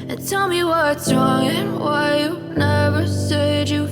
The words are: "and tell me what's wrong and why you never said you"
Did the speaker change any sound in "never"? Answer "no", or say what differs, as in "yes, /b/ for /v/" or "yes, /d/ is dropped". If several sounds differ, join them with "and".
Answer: no